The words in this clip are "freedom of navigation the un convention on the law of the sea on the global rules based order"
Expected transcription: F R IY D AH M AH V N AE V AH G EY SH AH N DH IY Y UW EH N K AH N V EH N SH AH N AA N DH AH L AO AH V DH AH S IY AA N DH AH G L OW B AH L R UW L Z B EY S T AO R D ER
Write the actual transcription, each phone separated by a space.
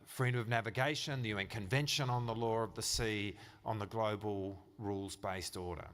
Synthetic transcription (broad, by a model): F R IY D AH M AH V N AE V AH G EY SH AH N DH IY Y UW EH N K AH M V EH N SH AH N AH N DH AH L AO AH V DH AH S IY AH N DH AH G L OW B AH L R UW L Z B EY S T AO R D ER